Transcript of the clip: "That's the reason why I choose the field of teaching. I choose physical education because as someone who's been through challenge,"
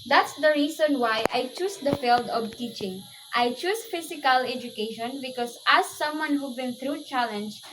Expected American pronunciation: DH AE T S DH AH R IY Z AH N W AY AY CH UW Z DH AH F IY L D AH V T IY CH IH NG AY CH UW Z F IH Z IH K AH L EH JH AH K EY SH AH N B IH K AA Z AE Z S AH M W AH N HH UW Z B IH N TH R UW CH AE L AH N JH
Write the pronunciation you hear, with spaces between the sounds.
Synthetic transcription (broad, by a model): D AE T S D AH R IY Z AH N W AY AY CH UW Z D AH F IY L D AH V T IY CH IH NG AY CH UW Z F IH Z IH K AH L EH JH AH K EY SH AH N B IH K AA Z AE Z S AH M W AH N HH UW B IH N T R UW CH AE L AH N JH